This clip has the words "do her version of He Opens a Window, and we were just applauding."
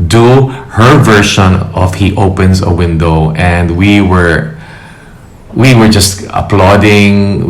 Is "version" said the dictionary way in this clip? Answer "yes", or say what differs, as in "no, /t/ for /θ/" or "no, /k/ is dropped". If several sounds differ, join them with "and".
no, /ʃ/ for /ʒ/